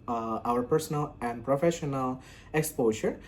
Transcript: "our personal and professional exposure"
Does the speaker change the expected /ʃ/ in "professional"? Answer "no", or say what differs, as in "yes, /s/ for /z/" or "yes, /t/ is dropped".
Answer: no